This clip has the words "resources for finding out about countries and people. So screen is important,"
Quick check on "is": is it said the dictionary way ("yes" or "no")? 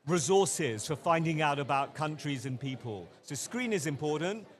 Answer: yes